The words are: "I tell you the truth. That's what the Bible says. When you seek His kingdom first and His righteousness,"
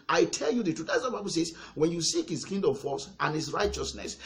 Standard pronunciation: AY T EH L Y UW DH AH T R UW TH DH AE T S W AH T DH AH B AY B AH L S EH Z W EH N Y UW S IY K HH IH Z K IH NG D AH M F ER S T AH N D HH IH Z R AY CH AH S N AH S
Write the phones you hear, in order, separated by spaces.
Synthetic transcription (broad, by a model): AY T EH L Y UW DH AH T UW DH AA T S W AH B AY B AH L S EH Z W EH N Y UW S IY K HH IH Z K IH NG D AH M F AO S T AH N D HH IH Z R AY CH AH S N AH S